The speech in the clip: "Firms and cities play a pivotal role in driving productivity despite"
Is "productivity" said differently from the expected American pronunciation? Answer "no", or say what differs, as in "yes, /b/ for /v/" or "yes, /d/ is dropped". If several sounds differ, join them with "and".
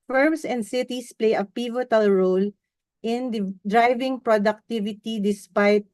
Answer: no